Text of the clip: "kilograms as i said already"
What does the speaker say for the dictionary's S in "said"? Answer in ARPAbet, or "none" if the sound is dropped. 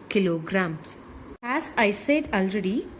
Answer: S